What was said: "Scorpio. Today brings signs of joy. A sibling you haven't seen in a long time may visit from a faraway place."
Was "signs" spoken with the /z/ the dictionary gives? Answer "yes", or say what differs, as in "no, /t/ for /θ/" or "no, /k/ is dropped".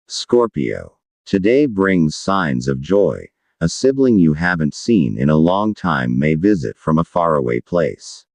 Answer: yes